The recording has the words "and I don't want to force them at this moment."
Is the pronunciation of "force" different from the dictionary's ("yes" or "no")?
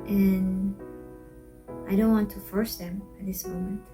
no